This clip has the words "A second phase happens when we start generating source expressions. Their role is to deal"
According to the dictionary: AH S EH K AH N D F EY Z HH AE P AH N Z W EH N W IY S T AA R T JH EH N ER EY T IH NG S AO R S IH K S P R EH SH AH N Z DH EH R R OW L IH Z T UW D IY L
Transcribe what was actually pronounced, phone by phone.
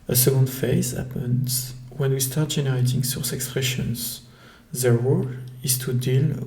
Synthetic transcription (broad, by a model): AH S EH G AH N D F EY Z HH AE P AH N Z W EH N W IY S T AA R T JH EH N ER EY T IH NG S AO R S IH K S P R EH SH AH N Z DH EH R W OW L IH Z T UW D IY L